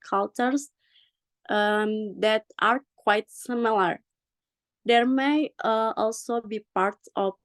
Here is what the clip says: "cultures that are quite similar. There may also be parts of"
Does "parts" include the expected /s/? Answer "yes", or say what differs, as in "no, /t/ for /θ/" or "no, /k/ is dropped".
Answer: no, /s/ is dropped